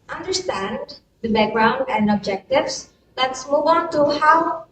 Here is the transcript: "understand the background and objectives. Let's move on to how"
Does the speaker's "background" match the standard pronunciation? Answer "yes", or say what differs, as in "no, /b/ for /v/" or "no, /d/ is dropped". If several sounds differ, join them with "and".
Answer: yes